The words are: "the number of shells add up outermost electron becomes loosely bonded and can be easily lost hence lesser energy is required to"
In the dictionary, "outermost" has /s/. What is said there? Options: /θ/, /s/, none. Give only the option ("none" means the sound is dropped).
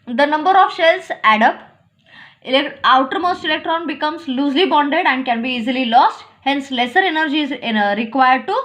/s/